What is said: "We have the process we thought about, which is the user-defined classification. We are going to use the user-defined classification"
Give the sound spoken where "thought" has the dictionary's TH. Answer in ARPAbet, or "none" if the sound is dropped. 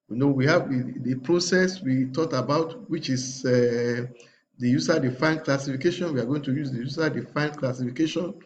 T